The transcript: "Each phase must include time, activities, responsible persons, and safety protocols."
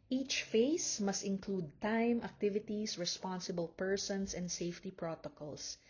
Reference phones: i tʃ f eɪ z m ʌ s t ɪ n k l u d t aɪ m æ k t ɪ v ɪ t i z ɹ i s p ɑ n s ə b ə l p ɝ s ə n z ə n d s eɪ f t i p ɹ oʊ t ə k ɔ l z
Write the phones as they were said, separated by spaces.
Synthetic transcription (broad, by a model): i tʃ f eɪ s m ʌ s t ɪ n k l u d t aɪ m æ k t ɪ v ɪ t i s ɹ i s p ɑ n s ə b ə l p ɝ s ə n s ə n d s eɪ f t i p ɹ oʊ t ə k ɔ l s